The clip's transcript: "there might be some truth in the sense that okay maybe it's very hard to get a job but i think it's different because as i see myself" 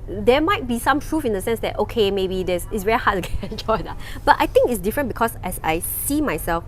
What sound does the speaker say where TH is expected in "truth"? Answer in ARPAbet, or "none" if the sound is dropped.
F